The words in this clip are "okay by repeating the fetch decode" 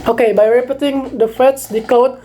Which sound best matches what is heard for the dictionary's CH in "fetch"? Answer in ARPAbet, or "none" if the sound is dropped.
S